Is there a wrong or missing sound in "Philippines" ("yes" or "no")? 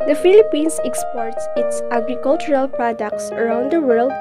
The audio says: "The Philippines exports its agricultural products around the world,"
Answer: yes